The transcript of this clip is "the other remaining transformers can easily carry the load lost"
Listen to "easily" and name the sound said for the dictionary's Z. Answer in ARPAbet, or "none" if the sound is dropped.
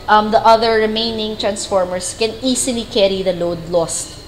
S